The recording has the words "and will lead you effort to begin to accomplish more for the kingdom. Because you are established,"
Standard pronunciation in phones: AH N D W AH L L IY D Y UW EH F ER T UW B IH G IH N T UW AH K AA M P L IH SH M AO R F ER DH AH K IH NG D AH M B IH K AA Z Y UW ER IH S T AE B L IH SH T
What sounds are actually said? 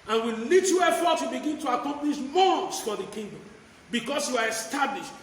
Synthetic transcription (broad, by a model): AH N W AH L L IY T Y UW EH F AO T UW B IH G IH N T UW AH K AA M P L IH SH M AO F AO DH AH K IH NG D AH M B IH K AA S Y UW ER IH S T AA B L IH SH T